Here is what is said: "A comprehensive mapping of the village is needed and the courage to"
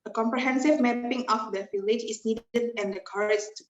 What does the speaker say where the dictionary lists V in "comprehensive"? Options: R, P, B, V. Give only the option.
V